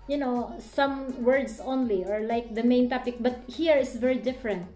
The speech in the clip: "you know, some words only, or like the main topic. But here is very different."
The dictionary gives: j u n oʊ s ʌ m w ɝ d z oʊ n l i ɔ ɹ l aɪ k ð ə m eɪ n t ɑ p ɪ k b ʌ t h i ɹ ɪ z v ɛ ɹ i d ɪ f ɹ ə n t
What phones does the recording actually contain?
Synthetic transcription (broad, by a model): j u n oʊ s ʌ m w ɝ d s oʊ n l i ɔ ɹ l aɪ k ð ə m eɪ n t ɑ p ɪ k b ʌ t h i ɹ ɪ s v ɛ ɹ i d ɪ f ɹ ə n t